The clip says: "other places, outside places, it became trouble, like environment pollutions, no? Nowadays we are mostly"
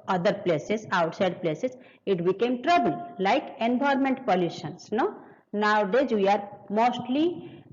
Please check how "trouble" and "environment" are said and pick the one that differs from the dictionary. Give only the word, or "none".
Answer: environment